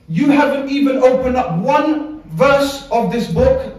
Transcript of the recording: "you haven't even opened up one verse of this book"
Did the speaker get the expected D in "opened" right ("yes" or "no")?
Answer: yes